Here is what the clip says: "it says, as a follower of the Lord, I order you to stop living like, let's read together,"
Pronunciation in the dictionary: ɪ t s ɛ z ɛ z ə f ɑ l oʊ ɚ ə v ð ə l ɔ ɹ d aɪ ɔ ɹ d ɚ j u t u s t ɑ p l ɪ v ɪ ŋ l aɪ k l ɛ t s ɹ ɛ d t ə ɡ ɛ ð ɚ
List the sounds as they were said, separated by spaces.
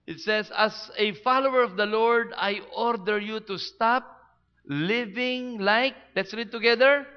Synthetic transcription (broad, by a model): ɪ t s ɛ s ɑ s ə f ɑ l oʊ ɚ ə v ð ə l ɔ ɹ d aɪ ɔ ɹ d ɚ j u t u s t ɑ p l ɪ v ɪ ŋ l aɪ k l ɛ t s ɹ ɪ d t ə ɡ ɛ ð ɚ